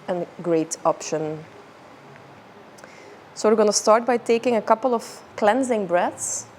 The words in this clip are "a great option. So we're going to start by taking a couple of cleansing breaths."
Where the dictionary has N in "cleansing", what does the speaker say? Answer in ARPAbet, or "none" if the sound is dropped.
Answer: N